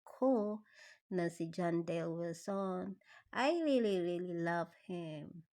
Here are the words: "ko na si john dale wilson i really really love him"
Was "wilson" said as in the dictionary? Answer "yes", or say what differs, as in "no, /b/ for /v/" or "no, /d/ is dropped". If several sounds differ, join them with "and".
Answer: no, /l/ is dropped